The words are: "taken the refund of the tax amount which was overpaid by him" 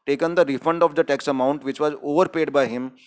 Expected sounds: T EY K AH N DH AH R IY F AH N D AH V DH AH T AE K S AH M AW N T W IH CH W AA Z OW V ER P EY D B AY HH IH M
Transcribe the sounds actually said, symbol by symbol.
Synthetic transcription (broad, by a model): T EY K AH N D AH R IY F AH N D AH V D AH T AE K S AH M AW N T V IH CH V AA Z OW V ER P EY D B AY HH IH M